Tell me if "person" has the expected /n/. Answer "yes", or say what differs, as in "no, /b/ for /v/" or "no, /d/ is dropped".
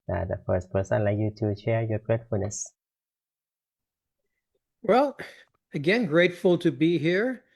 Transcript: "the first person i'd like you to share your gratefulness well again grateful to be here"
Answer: no, /n/ is dropped